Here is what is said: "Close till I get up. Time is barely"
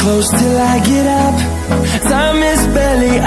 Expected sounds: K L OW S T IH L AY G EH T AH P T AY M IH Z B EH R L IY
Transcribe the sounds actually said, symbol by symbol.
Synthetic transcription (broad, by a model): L OW S T IH L AY G EH T AH P S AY M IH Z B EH L IY